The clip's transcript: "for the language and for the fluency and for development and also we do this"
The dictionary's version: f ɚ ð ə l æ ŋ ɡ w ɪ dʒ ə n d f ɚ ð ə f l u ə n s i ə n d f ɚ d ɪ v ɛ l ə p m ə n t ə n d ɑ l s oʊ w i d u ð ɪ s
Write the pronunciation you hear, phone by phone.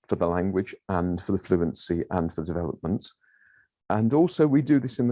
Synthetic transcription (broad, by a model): f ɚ ð ə l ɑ ŋ ɡ w ɪ dʒ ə n f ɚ ð ə f l u ə n s i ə n f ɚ d ɪ v ɛ l ə p m ə n t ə n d ɑ l s oʊ w i d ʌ ð ɪ s